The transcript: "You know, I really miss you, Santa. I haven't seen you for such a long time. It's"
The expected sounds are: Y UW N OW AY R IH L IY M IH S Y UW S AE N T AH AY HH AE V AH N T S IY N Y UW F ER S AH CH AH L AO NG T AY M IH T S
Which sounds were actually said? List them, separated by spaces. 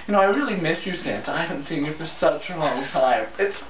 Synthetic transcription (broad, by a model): Y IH N OW AY R IH L IY M IH S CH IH S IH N S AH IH HH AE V N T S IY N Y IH F ER S AH CH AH L AO NG T AY M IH T S